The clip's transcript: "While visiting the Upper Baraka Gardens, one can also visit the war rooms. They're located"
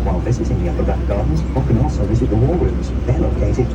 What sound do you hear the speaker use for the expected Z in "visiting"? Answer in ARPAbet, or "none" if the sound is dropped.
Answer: S